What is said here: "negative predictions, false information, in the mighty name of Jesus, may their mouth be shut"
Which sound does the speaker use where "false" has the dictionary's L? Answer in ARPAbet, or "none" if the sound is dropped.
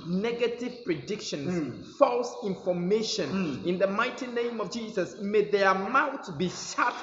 L